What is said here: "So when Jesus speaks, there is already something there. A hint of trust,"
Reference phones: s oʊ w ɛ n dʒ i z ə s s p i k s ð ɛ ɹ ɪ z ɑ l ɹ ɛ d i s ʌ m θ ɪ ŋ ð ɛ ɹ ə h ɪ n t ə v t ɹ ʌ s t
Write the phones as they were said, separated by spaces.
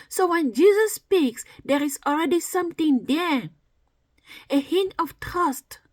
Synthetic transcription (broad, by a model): s oʊ w ɛ n dʒ i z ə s s p i k s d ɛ ɹ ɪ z ɑ l ɹ ɛ d i s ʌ m t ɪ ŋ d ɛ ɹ ə h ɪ n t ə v t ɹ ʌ s t